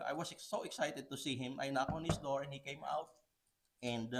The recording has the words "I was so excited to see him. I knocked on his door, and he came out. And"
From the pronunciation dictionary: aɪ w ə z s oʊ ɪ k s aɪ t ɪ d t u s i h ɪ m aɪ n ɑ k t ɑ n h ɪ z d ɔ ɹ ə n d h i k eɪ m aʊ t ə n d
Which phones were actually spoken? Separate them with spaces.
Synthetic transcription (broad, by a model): aɪ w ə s s oʊ ɪ k s aɪ t ɪ d t u s i h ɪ m aɪ n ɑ k ɑ n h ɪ s d ɔ ɹ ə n h i k eɪ m aʊ t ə n d